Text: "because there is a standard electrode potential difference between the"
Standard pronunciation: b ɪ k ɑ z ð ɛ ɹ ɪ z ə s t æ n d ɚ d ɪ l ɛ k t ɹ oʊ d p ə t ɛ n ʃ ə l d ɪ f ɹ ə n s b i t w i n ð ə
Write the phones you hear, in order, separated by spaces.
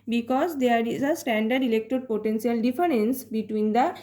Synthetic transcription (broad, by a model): b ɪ k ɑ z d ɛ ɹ ɪ z ə s t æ n d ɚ d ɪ l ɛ k t oʊ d p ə t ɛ n s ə l d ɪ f ɹ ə n s b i t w i n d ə